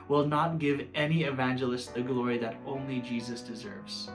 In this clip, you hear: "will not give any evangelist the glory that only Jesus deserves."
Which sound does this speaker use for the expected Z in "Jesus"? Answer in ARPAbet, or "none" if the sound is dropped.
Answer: Z